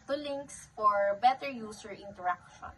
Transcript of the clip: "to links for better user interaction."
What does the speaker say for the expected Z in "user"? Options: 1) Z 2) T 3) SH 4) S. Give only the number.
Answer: 4